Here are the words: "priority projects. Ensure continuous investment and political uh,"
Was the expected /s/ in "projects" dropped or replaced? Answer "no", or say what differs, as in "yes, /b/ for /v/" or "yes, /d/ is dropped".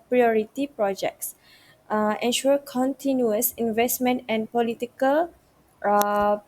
no